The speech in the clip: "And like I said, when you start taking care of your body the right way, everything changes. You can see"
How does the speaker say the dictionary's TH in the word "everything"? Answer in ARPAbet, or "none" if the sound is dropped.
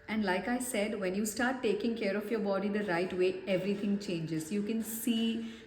T